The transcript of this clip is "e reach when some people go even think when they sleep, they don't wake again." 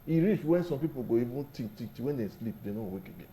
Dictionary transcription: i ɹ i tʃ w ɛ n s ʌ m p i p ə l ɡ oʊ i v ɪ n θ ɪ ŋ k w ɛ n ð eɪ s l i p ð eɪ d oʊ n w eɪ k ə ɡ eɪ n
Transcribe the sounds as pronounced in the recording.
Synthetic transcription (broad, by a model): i ɹ i tʃ w ɛ n s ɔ m p i p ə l ɡ oʊ i v ɪ n t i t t w ɛ n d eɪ s l i p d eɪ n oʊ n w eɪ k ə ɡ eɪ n